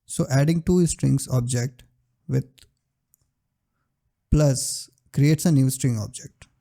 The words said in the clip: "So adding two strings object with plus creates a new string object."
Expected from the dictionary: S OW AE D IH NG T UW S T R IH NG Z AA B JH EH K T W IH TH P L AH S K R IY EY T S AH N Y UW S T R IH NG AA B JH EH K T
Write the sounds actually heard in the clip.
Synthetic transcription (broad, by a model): S OW AE D IH NG T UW S T R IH NG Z AA B JH EH K T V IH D P L AH S K R IY EY T S AH N Y UW S T R IH NG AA B JH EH K T